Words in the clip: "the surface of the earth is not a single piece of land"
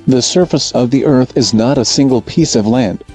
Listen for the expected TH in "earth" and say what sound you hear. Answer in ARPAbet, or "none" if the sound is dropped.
TH